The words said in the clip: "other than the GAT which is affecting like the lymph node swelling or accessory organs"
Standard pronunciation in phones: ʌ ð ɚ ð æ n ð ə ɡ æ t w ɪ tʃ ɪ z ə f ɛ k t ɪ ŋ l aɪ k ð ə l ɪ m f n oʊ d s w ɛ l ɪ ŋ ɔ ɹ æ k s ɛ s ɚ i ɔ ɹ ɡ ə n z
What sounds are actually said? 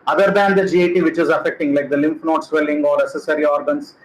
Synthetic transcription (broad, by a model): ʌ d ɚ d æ n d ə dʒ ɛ t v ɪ tʃ ɪ z ə f ɛ k t ɪ ŋ l aɪ k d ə l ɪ m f n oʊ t s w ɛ l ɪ ŋ ɔ ɹ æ s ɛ s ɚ i ɔ ɹ ɡ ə n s